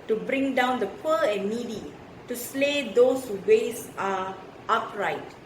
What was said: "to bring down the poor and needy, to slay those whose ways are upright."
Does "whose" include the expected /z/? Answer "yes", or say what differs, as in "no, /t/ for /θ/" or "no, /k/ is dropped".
no, /z/ is dropped